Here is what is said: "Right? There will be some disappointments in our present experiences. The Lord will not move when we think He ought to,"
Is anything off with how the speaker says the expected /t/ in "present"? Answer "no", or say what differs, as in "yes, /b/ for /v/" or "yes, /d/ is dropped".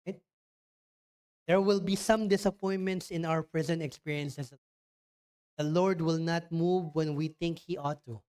no